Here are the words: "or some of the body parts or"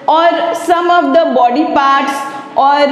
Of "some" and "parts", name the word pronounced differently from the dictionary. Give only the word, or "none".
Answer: none